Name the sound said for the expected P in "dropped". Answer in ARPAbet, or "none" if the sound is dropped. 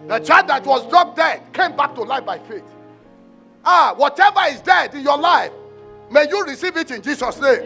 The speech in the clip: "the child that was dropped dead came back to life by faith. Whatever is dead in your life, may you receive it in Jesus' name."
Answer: none